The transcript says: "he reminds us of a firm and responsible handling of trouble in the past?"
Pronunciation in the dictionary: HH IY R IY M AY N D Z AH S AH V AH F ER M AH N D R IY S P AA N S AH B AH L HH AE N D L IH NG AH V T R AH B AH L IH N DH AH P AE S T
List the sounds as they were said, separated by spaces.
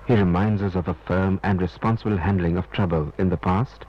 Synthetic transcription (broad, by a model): HH IY R IY M AY N D Z AH S AH V AH F ER M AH N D R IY S P AA N S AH B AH L HH AE N D L IH NG AH V T R AH B AH L IH N DH AH P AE S T